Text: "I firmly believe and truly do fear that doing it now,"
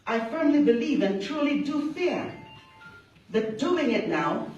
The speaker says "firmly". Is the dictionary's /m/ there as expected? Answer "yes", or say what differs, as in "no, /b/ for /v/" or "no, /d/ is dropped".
yes